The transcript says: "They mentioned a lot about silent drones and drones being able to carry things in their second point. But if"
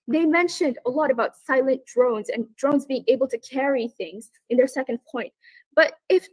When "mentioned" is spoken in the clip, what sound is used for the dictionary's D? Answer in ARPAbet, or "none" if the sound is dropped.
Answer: D